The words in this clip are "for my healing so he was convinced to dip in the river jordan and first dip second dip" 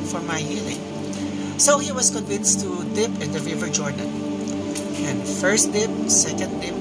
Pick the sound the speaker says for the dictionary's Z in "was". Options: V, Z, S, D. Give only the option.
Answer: S